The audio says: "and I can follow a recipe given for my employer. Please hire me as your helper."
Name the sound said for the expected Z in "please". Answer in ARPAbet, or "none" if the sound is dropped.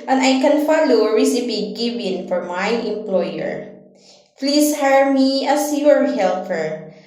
S